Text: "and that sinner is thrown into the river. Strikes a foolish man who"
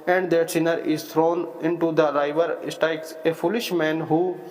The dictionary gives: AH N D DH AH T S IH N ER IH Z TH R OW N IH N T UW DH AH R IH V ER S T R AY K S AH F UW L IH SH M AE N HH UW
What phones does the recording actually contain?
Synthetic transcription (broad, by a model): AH N D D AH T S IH N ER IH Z T R OW N IH N T UW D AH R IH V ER S T AY K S AH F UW L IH SH M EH N HH UW